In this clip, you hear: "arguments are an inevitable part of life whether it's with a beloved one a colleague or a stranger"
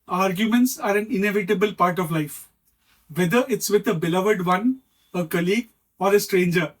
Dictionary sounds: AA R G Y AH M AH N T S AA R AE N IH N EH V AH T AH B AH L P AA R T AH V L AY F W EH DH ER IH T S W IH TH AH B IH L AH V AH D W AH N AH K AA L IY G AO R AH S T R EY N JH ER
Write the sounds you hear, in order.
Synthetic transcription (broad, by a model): AA R G Y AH M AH N T S AA R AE N IH N EH V AH T AH B AH L P AA R T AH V L AY F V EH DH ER IH T S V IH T AH B IH L AH V AH D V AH N AH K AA L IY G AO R AH S T R EY N JH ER